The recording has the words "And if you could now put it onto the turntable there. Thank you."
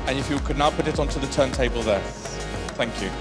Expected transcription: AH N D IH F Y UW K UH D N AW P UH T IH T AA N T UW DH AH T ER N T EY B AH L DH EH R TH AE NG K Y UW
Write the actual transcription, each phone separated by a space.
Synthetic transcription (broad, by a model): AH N IH F Y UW K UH D N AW P UH T IH T AA N T UW DH AH T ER N T EY B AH L DH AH TH AE NG K Y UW